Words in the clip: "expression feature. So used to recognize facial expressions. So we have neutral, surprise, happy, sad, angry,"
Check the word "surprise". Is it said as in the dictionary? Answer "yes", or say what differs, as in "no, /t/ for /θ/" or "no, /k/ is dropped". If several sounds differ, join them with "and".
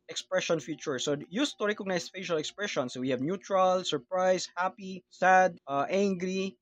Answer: no, /s/ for /z/